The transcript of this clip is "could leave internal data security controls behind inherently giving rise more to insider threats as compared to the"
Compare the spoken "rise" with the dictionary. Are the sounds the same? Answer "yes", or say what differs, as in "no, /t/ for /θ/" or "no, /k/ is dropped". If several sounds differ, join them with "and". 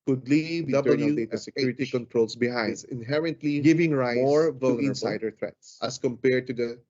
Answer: no, /z/ is dropped